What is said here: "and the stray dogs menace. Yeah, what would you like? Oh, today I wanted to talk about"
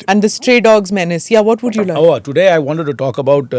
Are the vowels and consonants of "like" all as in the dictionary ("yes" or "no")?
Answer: no